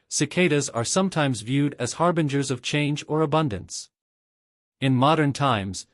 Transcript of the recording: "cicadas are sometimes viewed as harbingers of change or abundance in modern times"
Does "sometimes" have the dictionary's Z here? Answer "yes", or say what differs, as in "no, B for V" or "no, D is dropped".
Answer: yes